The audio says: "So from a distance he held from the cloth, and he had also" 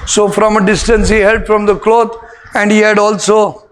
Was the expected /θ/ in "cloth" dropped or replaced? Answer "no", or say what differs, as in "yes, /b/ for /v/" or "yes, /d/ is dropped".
yes, /t/ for /θ/